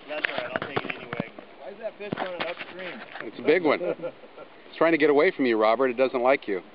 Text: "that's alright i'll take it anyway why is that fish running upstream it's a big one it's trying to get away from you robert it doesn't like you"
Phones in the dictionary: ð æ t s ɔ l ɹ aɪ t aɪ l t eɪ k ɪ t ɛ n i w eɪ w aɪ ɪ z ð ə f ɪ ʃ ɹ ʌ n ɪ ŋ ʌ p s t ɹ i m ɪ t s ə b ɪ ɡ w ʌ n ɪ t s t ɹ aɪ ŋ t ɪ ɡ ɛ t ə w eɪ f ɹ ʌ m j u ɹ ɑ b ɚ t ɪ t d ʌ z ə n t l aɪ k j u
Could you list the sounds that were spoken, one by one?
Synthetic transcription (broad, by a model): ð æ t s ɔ ɹ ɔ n t eɪ k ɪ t ɛ n i w eɪ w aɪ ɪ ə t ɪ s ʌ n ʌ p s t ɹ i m ɪ t s ə b ɪ ɡ w ʌ n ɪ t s t ɹ aɪ ŋ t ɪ ɡ ɛ t ə w eɪ f ɹ ʌ m j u ɹ ɑ b ɚ t ɪ t d ʌ z ə n t l aɪ k j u